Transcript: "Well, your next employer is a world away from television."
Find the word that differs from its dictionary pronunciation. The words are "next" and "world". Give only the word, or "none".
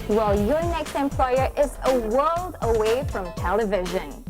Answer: none